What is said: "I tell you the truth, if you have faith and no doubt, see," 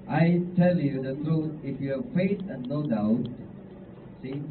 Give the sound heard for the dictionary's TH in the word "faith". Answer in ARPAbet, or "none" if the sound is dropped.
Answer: S